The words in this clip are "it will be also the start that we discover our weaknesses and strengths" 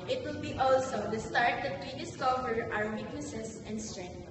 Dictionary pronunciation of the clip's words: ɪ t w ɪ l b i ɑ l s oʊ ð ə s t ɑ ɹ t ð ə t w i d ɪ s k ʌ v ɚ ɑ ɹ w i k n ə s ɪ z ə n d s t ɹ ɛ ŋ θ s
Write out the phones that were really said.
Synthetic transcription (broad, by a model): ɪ t w ɪ l b i ɑ l s oʊ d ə s t ɑ ɹ t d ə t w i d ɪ s k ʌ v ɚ ɑ ɹ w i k n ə s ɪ s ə n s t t ɹ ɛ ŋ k